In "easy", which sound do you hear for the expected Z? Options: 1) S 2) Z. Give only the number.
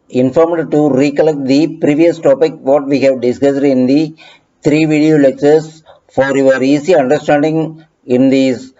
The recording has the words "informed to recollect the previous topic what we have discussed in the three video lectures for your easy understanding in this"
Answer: 1